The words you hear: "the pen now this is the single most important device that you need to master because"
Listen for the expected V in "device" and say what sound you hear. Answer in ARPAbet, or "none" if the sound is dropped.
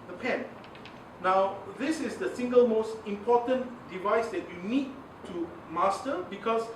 V